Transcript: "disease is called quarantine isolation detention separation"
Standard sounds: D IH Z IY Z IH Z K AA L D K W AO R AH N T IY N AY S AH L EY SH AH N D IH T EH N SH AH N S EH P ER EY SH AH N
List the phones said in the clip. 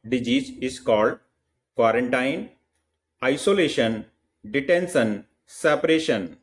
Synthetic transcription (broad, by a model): D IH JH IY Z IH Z K AA L D K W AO R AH N T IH N AY S AH L EY SH AH N D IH T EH N S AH N S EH P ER EY SH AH N